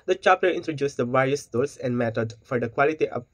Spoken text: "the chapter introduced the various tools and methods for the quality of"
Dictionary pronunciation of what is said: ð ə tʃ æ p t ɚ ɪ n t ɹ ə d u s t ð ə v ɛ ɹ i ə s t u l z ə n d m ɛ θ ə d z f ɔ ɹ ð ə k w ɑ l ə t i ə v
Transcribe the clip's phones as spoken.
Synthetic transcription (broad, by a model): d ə tʃ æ p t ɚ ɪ n t ɹ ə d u s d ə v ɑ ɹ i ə s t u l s ə n d m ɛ t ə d f ɔ ɹ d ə k w ɑ l ə t i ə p